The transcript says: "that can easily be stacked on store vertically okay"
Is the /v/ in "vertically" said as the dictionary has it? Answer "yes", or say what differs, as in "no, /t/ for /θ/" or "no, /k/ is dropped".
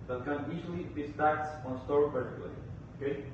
no, /p/ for /v/